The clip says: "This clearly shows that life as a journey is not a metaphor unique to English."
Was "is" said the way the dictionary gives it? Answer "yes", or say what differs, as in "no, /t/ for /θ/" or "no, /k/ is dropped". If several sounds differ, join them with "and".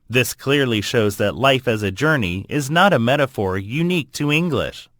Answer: yes